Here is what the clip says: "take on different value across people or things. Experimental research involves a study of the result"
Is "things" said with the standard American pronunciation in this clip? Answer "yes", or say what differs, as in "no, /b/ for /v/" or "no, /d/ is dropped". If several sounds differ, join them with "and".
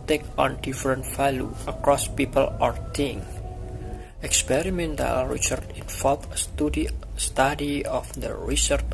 no, /z/ is dropped